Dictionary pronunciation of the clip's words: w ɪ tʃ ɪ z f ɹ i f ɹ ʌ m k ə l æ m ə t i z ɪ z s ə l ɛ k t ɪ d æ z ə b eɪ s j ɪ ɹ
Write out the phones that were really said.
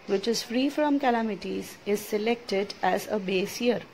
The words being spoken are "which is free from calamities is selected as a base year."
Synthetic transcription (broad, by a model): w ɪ tʃ ɪ z f ɹ i f ɹ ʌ m k ə l æ m ə t i z ɪ z s ə l ɛ k t ɪ d æ z ə b eɪ s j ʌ ɹ